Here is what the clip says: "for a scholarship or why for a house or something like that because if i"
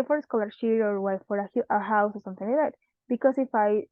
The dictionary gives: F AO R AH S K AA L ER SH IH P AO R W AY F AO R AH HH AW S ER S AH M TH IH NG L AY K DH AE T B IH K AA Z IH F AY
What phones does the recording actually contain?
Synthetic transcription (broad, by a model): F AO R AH S K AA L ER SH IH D AO R W AY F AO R AH HH AW S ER S AH M TH IH NG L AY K DH AE T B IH K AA S IH F AY